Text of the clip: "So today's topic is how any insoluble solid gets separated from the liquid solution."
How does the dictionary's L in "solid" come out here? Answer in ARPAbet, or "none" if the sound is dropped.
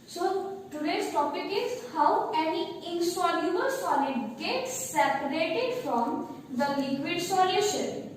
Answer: N